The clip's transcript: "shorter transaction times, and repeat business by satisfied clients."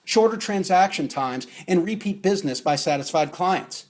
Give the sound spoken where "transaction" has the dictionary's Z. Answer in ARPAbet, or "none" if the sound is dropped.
Z